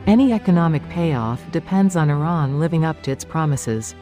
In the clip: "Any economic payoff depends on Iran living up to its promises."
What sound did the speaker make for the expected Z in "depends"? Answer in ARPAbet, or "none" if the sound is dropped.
Z